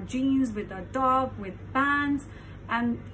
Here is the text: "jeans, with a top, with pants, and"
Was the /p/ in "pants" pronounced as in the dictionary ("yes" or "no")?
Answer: no